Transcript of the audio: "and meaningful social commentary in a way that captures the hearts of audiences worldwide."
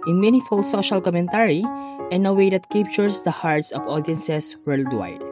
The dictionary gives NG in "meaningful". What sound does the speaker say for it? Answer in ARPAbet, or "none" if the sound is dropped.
none